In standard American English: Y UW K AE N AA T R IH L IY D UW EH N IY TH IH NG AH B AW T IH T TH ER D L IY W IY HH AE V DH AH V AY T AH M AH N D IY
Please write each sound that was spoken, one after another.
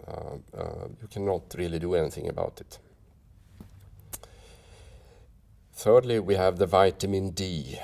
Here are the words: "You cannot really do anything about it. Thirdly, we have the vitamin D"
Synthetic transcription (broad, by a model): Y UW K AE N AA T R IH L IY D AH EH N IY TH IH NG AH B AW T IH T TH ER D L IY W IY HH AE V DH AH V AY T AH M AH N D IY